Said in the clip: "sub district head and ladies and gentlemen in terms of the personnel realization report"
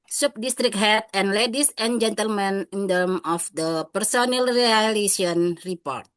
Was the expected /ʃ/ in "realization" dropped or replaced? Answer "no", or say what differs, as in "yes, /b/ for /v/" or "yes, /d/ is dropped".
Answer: yes, /ʃ/ is dropped